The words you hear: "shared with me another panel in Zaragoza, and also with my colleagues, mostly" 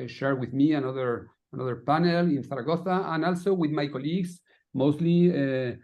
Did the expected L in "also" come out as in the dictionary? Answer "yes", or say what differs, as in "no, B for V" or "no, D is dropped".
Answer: yes